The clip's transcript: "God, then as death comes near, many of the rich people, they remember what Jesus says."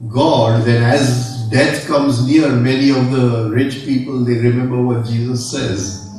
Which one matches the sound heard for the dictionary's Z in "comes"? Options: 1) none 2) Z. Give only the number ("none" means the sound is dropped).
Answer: 2